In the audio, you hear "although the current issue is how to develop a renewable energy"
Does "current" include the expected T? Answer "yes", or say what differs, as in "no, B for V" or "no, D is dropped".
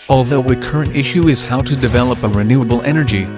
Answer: yes